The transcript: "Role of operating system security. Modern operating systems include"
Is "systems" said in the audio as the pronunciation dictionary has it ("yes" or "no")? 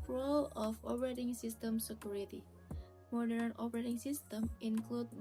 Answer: no